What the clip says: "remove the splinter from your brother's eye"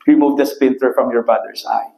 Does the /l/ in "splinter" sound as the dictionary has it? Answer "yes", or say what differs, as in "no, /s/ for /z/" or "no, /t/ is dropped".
no, /l/ is dropped